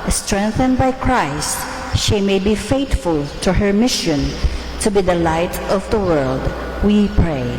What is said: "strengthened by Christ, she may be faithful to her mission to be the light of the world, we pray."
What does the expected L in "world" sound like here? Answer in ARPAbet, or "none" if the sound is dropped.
L